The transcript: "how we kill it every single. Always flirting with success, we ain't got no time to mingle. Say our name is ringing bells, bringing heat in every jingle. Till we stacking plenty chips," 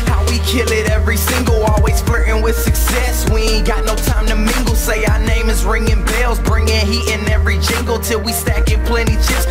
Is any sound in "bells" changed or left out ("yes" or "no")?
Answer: no